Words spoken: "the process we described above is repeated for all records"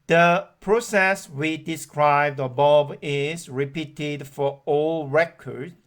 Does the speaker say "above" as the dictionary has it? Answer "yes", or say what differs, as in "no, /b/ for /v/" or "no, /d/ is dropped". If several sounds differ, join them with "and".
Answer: no, /b/ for /v/